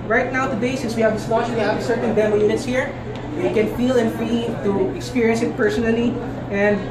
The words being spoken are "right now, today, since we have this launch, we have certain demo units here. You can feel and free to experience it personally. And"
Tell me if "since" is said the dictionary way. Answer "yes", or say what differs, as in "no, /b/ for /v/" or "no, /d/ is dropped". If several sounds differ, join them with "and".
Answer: no, /n/ is dropped